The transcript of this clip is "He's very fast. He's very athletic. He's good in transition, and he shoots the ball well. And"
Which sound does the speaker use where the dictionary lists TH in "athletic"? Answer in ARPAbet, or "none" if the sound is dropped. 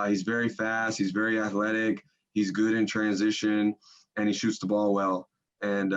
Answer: TH